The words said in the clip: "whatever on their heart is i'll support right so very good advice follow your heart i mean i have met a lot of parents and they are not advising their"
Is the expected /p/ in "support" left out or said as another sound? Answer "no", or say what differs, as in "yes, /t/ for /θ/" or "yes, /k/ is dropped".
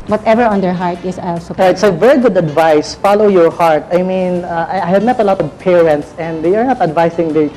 yes, /p/ is dropped